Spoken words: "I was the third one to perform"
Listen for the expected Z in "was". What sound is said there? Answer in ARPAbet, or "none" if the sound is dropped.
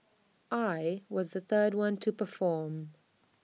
Z